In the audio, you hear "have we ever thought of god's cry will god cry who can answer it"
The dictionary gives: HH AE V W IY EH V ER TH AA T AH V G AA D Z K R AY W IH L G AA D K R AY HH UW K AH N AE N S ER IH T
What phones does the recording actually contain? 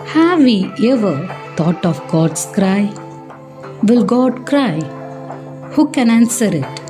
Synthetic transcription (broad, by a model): HH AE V IY EH V ER T AA T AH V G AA D S K R AY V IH L G AA D K R AY HH UW K AH N AE N S ER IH T